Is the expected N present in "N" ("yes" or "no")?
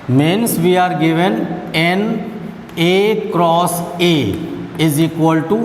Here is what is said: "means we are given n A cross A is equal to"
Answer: yes